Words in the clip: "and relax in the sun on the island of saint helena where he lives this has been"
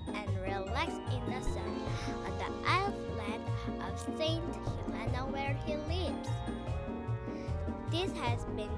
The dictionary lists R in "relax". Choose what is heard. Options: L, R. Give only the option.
R